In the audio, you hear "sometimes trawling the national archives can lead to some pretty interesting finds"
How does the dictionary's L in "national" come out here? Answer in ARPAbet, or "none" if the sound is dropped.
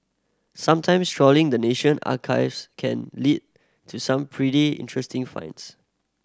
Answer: N